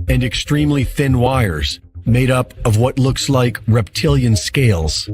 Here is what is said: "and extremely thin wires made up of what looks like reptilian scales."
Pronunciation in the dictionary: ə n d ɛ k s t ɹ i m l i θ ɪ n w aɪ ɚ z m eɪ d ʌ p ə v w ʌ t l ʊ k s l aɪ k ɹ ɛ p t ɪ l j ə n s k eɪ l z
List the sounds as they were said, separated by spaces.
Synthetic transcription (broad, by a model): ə n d ɛ k s t ɹ i m l i θ ɪ n w aɪ ɚ z m eɪ d ʌ p ə v w ʌ t l ʊ k s l aɪ k ɹ ɛ p t ɪ l j ə n s k eɪ l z